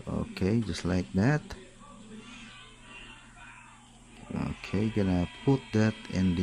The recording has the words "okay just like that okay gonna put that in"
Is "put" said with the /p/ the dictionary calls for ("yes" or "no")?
yes